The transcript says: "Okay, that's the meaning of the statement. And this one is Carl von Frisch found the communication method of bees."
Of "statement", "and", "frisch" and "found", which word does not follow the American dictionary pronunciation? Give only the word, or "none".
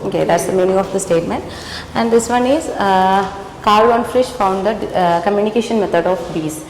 none